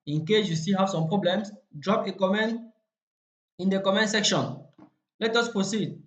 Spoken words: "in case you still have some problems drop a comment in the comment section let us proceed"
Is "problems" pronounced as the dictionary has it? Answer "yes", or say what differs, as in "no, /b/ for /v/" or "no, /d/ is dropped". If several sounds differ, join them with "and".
no, /s/ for /z/